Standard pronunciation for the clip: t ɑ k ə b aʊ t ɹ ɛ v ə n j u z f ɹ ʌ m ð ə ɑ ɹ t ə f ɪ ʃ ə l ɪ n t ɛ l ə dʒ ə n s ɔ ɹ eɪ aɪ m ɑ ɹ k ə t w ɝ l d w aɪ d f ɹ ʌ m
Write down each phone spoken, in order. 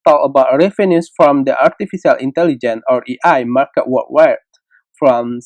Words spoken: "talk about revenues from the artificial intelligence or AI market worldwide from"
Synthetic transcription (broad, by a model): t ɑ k ə b aʊ t ɹ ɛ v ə n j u s f ɹ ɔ m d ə ɑ ɹ t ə f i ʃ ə l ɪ n t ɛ l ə dʒ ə n ɔ ɹ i aɪ m ɑ ɹ k ə t w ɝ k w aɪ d f ɹ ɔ m